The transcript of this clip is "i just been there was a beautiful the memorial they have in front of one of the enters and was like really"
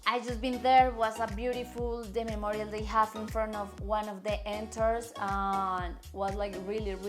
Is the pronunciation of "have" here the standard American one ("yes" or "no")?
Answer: no